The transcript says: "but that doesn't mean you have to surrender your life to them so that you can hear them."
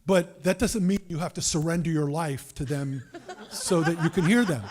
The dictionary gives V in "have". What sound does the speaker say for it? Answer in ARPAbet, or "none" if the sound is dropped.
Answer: F